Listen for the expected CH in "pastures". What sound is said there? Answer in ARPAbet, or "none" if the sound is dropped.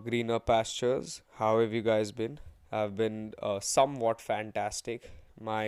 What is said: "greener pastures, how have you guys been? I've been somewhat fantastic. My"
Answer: CH